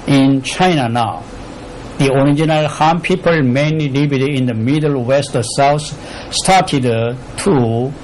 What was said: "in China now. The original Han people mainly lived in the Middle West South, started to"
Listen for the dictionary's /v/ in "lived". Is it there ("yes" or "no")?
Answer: no